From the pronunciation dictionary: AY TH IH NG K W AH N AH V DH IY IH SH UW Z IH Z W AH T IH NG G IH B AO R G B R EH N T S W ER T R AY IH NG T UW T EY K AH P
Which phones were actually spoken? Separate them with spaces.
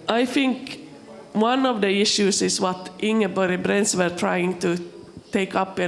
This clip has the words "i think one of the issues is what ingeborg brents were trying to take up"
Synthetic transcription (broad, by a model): AY TH IH NG K W AH N AH V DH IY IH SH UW S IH S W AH T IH NG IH B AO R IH B R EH N S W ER T R AY IH NG T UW T EY K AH P